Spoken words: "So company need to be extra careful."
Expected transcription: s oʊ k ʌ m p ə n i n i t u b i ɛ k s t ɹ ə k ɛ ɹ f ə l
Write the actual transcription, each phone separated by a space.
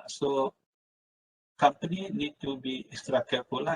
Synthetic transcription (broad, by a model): s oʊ k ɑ m p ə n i n i t u b i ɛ s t ɹ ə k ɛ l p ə l